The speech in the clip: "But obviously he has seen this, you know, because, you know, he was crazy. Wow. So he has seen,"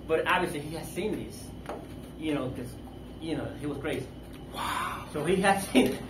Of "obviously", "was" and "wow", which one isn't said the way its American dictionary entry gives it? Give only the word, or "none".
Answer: none